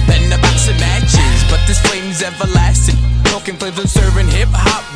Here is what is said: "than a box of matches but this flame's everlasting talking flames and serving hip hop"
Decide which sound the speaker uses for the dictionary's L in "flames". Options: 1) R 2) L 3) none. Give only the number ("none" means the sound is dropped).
3